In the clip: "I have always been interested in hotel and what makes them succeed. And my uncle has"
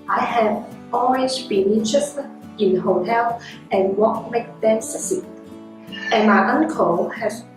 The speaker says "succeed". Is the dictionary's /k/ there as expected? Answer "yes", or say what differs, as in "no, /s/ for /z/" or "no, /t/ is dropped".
no, /k/ is dropped